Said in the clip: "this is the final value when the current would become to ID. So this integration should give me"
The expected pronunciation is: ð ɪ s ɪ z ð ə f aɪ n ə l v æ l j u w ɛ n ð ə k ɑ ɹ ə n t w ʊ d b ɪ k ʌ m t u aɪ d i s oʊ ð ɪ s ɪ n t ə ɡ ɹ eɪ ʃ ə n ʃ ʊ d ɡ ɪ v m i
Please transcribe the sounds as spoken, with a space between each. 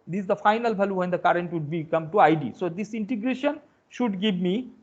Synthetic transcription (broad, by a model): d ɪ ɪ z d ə f aɪ n ə l b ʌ l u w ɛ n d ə k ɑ ɹ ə n t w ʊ d b ɪ k ʌ m t u aɪ d i s oʊ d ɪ s ɪ n t ə ɡ ɹ eɪ ʃ ə n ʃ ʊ d ɡ ɪ v m i